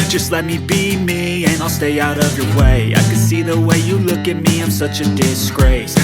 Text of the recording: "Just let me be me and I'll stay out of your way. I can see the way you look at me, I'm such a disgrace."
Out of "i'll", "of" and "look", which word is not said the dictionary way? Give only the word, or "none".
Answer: none